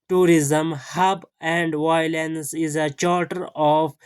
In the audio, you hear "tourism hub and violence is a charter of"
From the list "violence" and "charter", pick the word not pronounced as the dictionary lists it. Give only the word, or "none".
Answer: none